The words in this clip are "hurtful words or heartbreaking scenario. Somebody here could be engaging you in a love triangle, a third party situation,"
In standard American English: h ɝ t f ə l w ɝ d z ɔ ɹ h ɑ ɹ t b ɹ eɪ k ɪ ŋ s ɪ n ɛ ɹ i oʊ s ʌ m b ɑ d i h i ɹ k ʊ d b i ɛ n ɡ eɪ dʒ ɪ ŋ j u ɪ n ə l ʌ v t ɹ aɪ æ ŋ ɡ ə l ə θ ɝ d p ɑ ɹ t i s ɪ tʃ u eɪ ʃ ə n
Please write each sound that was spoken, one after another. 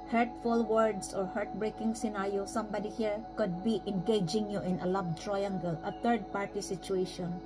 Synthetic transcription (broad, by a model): h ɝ t f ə l w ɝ d s ɔ ɹ h ɑ ɹ t b ɹ eɪ k ɪ ŋ s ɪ n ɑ ɹ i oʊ s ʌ m b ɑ d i h i ɹ k ʊ d b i ɛ n ɡ eɪ dʒ ɪ ŋ j u ɪ n ə l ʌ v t ɹ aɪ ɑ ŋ ɡ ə l ə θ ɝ d p ɑ ɹ t i s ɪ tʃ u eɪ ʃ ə n